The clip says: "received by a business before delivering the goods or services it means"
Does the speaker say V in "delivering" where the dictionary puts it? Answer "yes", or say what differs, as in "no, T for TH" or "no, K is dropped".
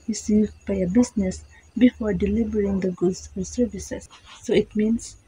no, B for V